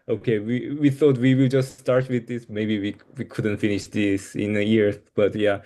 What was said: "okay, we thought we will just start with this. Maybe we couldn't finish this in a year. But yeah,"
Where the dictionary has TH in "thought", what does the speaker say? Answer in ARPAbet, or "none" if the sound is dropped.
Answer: TH